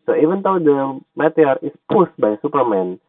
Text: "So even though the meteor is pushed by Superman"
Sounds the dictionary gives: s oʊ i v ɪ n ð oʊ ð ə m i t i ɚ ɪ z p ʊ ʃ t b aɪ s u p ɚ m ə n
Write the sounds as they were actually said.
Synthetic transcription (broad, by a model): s oʊ i v ɪ n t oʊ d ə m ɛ t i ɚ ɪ s p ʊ s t b aɪ s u p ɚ m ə n